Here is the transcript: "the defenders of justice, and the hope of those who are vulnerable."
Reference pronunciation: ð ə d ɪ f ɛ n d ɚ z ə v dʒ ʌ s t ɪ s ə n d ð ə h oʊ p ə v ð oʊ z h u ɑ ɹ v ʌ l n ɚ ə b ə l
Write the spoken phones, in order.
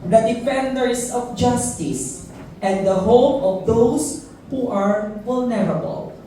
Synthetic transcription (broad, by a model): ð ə d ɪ f ɛ n d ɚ s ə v dʒ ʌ s t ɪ s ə n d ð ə h oʊ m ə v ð oʊ s h u ɑ ɹ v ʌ l n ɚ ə b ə l